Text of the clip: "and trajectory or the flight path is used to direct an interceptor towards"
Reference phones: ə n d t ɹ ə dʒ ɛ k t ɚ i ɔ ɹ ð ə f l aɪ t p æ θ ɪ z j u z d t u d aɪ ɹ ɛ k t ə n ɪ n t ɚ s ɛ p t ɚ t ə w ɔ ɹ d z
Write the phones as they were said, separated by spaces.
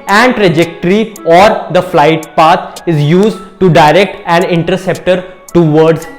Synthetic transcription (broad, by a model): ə n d t ɹ ə dʒ ɛ k t ɚ i ɔ ɹ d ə f l aɪ t p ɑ t ɪ z j u z d t u d aɪ ɹ ɛ k t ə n ɪ n t ɚ s ɛ p t ɚ t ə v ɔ ɹ d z